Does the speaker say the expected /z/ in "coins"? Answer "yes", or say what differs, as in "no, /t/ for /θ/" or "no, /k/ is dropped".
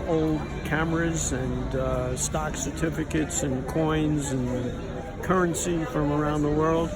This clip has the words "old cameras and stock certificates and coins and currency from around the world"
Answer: yes